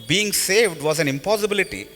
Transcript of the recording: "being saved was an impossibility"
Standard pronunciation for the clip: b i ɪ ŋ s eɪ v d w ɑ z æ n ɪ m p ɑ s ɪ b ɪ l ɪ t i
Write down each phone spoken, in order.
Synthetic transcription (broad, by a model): b i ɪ ŋ s eɪ v d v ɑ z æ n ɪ m p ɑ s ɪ b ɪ l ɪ t i